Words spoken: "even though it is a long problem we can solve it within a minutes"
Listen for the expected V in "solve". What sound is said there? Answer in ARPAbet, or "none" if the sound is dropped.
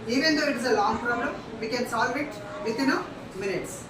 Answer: V